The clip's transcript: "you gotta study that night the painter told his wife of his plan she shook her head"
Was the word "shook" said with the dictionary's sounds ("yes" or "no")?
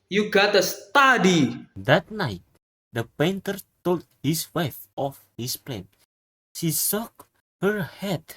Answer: no